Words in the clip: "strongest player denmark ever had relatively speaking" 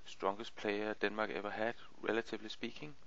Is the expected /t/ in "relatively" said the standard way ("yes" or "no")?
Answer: no